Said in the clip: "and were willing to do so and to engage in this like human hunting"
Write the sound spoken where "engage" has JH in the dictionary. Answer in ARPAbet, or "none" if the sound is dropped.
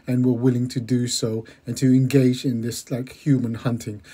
JH